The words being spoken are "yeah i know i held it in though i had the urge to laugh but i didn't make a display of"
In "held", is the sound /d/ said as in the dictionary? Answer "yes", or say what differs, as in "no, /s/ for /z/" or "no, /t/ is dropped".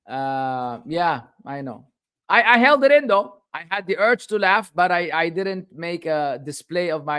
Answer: yes